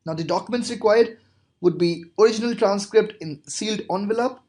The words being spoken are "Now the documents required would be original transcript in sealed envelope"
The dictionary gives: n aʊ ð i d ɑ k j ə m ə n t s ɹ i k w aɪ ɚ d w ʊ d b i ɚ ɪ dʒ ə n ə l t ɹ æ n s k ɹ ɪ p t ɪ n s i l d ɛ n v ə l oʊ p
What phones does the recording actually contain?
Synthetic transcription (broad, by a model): n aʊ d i d ɑ k j ə m ə n t s ɹ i k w aɪ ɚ d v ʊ d b i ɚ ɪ dʒ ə n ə l t ɹ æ n s k ɹ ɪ p t ɪ n s i l d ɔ n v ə l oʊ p